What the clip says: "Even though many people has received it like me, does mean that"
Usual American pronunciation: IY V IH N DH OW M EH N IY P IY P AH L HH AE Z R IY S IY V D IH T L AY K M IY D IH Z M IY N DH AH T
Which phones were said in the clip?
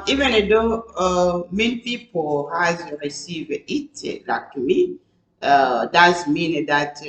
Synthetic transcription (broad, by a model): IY V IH N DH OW M EH N IY P IY P AH L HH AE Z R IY S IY V IH T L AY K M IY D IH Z M IY N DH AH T